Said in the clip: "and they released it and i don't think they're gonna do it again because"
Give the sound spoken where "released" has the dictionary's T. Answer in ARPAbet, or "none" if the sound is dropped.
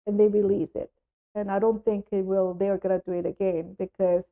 none